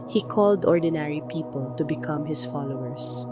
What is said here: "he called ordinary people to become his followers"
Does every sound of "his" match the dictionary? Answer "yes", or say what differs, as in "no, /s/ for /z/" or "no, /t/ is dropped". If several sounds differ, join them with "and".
no, /s/ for /z/